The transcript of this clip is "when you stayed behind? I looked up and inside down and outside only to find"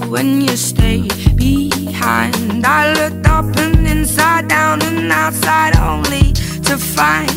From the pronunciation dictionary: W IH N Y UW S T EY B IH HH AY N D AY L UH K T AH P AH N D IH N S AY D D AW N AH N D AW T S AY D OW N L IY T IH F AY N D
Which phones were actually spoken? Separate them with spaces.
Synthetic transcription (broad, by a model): W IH N Y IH S T EY B IH HH AY N D AY L UH K T AH P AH N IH N S AY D D AW N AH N AW T S AY D OW N L IY T IH F AY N